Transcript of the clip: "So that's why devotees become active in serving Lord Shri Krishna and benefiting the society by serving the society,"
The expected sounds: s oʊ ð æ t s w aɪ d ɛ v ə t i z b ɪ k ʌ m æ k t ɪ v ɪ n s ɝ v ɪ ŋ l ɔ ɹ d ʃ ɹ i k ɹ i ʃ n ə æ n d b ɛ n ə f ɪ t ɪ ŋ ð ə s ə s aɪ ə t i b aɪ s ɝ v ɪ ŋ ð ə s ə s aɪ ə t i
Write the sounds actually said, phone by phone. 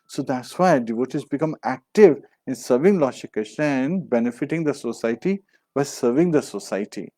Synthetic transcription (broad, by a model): s oʊ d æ t s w aɪ d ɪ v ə t i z b ɪ k ʌ m æ k t ɪ v ɪ n s ɝ v ɪ ŋ l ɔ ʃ i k ʌ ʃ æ n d b ɛ n ə f ɪ t ɪ ŋ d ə s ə s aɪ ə t i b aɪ s ɝ v ɪ ŋ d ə s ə s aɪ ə t i